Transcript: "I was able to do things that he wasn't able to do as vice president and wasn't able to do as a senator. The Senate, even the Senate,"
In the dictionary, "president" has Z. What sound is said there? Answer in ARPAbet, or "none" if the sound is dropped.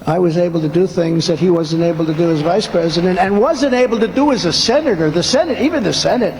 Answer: Z